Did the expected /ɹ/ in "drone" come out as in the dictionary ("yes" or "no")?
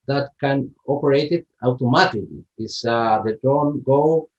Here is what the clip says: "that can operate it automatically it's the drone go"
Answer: no